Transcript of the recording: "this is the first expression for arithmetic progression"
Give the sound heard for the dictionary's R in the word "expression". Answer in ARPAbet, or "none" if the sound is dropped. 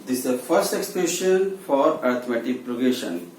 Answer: none